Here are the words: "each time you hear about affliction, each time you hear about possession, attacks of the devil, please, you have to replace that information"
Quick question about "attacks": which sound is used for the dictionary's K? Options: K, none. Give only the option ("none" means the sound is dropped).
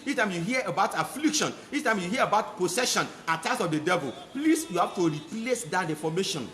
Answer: none